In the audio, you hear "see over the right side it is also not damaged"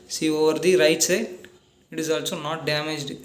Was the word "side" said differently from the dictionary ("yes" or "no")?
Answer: yes